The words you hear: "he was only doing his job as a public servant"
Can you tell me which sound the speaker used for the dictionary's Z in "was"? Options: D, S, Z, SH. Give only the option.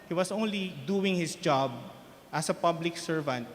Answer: S